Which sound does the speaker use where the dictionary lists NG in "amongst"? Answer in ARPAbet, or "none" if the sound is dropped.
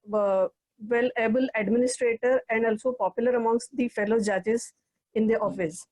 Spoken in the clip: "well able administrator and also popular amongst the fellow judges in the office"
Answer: NG